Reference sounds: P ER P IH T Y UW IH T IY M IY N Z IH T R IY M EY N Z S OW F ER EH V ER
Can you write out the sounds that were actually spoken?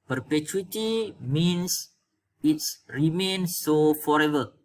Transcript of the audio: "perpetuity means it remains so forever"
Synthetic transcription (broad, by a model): P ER P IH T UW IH T IY M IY N S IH T R IY M EY N S OW F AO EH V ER